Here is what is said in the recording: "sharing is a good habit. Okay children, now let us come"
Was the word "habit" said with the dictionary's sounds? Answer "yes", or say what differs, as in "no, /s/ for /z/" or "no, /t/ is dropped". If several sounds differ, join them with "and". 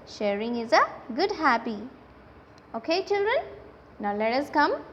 no, /t/ is dropped